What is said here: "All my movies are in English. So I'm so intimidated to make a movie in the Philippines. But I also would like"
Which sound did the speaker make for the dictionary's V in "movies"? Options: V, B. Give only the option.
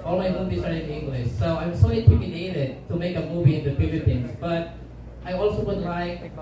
B